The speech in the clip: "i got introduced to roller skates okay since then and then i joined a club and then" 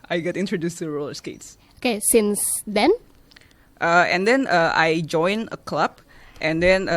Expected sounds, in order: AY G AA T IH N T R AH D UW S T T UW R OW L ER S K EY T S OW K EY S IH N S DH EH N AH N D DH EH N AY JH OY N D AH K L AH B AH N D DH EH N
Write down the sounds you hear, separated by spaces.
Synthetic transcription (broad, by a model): AY G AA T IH N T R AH D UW S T T UW R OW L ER S K EY T S OW K EY S IH N S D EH N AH N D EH N AY JH OY N AH K L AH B AH N D EH N